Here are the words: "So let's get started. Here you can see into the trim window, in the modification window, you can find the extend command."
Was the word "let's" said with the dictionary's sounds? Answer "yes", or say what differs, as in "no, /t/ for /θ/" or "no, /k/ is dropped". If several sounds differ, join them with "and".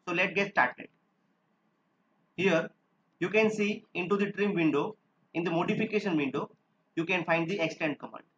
no, /s/ is dropped